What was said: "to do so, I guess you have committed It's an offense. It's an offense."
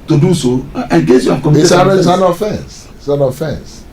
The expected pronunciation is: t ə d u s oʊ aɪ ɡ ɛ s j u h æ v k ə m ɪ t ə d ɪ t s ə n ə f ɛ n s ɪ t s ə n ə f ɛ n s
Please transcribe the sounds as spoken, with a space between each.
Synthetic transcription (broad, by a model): t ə d u s oʊ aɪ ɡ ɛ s j u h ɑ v k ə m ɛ s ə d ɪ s ə n ə f ɛ n s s ə n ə f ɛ n s